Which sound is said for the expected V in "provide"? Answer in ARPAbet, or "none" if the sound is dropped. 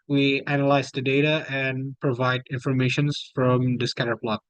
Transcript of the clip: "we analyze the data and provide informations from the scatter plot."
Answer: V